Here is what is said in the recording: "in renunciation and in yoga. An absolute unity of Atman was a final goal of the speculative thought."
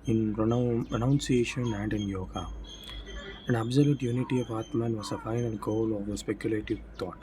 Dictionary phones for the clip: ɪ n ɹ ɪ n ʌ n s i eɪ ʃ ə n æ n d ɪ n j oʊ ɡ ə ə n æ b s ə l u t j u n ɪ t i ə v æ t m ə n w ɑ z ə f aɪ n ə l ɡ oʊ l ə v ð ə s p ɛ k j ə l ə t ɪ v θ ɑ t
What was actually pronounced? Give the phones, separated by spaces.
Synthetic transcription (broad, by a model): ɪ n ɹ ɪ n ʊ n s i eɪ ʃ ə n æ n d ɪ n j oʊ ɡ ə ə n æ b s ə l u t j u n ɪ t i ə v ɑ t m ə n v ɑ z ə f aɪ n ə n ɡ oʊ l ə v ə s p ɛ k j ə l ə t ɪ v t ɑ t